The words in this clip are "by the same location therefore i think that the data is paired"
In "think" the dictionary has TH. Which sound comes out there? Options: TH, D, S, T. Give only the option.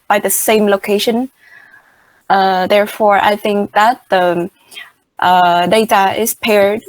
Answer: TH